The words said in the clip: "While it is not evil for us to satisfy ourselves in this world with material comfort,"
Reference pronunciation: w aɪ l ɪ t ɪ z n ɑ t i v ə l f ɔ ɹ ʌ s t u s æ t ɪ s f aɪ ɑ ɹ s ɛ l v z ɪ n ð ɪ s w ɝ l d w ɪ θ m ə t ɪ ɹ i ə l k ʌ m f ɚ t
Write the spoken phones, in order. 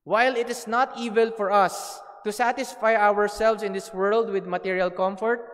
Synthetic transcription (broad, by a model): w aɪ l ɪ t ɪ s n ɑ t i v ə l f ɔ ɹ ʌ s t u s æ t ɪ s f aɪ ɑ ɹ s ɛ l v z ɪ n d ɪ s w ɝ l d w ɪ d m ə t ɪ ɹ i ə l k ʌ m f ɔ t